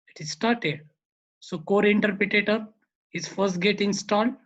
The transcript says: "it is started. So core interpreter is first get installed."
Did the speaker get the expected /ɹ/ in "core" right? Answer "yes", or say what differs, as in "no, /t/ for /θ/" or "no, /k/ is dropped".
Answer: yes